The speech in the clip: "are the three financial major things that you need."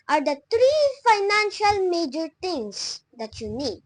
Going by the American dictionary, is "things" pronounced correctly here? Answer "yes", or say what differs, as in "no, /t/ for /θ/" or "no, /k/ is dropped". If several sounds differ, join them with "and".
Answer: no, /t/ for /θ/